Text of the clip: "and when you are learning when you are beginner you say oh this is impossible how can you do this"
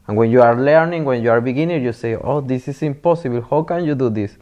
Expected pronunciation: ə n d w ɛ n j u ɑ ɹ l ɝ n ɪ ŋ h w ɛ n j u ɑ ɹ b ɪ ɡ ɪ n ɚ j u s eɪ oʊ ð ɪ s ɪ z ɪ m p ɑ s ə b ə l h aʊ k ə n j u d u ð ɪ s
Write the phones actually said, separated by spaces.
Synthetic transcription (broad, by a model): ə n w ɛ n j u ɑ ɹ l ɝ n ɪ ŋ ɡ w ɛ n j u ɑ ɹ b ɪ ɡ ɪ n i j u s eɪ oʊ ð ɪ s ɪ s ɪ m p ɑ s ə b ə l h aʊ k ə n j u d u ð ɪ s